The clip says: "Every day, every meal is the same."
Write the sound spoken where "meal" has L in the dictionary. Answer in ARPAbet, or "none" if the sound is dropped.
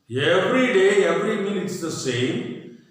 N